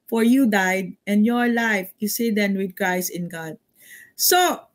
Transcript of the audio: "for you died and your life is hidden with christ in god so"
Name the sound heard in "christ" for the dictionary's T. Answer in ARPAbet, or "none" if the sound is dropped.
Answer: none